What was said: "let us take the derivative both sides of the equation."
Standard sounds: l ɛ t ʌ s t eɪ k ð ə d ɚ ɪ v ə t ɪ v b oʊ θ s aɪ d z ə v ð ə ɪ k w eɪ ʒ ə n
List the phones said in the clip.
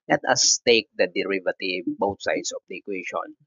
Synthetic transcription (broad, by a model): l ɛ t ʌ s t eɪ k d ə d ɚ ɪ v ə t ɪ v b oʊ t s aɪ d s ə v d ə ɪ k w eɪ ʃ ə n